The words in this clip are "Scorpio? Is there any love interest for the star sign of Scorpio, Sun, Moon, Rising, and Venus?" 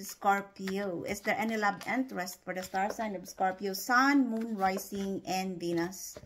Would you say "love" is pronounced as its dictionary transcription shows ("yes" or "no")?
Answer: no